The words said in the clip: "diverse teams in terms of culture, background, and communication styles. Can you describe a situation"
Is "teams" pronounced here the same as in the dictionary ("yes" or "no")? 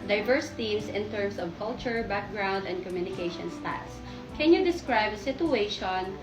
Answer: no